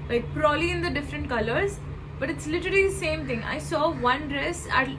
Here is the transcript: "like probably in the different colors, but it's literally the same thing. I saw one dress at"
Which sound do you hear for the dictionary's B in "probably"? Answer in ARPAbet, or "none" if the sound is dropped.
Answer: none